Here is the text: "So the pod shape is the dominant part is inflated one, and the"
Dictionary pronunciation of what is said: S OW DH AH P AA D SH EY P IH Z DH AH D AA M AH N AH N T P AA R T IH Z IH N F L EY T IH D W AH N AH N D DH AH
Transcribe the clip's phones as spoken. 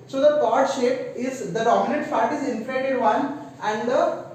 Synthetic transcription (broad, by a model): S OW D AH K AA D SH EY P IH Z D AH D AA M AH N AH N T F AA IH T IH Z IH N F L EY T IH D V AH N AH N D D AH